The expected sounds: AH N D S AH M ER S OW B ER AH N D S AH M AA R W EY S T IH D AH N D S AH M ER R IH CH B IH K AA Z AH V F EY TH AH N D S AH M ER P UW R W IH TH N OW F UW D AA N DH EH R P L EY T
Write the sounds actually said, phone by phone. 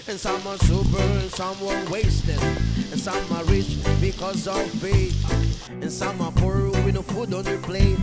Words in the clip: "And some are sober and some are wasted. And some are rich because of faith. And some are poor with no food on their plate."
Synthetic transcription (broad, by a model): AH N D S AH M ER S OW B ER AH N S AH M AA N W EY S T IH D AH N S AH M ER R IH CH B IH K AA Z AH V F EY T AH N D S AH M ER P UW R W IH N OW F UW D AA N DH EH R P L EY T